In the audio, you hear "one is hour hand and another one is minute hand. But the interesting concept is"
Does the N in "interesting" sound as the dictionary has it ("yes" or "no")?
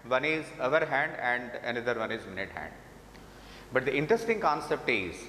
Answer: yes